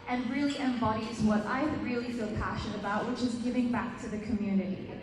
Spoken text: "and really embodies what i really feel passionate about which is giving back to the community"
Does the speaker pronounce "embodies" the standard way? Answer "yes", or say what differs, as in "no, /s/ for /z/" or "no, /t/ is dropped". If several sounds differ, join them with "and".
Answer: yes